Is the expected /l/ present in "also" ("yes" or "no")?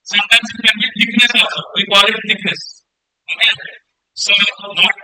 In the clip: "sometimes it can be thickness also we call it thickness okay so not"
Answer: no